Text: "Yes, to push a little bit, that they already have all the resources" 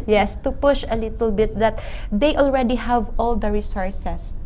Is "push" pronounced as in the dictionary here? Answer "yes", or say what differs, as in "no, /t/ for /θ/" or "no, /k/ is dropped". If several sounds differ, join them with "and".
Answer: yes